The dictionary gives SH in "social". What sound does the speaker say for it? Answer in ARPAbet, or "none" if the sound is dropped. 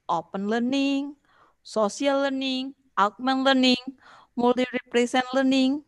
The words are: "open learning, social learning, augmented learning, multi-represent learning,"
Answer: S